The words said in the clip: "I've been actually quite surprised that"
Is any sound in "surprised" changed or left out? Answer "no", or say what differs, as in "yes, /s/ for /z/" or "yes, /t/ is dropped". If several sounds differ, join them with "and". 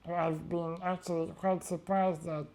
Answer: no